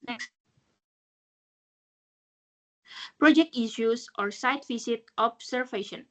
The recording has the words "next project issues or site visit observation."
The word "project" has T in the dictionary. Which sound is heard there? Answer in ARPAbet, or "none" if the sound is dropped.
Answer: T